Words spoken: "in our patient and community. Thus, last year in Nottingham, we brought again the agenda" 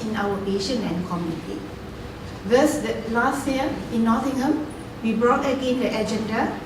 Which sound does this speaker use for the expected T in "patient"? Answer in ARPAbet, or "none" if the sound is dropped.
none